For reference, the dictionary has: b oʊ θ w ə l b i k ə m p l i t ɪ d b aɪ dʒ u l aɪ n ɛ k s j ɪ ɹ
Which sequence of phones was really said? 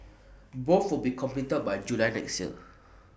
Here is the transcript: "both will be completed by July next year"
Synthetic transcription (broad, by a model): b oʊ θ w ə l b i k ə m p i t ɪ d b aɪ dʒ u l aɪ n ɛ k s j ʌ